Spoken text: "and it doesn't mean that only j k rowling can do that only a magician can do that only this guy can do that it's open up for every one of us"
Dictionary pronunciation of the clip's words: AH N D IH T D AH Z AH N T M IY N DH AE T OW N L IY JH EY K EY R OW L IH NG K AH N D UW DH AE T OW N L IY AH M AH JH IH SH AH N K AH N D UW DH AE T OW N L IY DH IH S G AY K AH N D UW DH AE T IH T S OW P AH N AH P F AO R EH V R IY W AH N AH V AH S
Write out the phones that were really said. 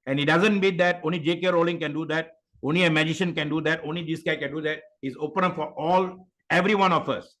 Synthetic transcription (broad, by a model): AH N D IH T D AH Z AH N T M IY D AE T OW N L IY JH EY K EY R OW L IH NG K AH N D UW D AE T OW N L IY AH M AH JH IH SH AH N K AH N D UW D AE T OW N L IY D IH S G AY K AH N D UW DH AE T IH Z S OW P AH N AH F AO R EH V R IY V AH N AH F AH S